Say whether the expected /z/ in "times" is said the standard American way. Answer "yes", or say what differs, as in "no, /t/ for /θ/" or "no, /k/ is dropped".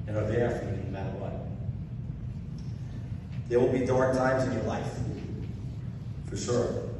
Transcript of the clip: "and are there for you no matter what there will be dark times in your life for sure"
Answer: yes